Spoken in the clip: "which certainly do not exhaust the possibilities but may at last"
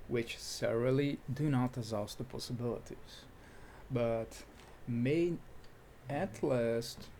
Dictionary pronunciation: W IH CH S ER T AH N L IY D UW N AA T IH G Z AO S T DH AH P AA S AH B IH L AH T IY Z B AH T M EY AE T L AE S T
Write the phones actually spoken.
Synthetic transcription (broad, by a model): W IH CH S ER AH L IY D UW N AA T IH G Z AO S T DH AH P AA S AH B IH L AH T IY Z B AH T M EY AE T L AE S T